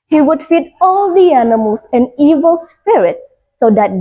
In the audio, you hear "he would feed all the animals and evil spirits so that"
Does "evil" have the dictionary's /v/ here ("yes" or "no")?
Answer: yes